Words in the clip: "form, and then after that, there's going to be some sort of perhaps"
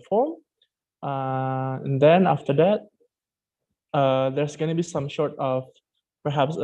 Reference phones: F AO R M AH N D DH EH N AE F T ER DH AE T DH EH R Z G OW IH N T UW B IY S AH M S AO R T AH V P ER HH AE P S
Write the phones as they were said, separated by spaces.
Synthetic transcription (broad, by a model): F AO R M AH N D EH N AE F T ER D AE T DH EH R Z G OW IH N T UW B IY S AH M SH AO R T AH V P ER HH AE P S